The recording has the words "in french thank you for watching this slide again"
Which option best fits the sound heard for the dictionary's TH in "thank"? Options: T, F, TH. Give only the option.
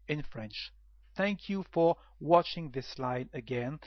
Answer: TH